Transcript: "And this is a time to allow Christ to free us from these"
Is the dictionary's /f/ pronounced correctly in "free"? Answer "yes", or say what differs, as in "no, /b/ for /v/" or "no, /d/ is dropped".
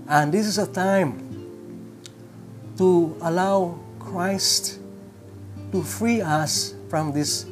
yes